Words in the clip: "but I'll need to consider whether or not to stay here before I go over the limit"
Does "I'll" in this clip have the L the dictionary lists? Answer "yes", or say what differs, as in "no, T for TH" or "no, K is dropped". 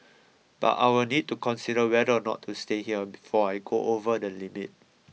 no, W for L